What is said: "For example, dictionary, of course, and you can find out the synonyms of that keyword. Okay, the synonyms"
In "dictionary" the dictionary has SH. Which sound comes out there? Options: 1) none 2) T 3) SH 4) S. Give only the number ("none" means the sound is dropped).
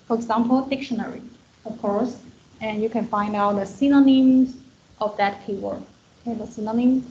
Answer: 3